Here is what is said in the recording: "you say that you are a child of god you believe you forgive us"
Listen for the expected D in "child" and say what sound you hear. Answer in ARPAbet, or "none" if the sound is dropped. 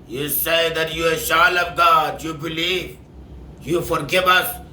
none